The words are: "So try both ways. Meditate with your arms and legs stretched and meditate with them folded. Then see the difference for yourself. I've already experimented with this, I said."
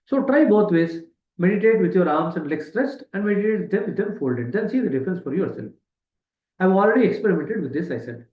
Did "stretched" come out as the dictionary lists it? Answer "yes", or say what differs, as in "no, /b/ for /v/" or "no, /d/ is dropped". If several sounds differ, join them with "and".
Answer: no, /s/ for /tʃ/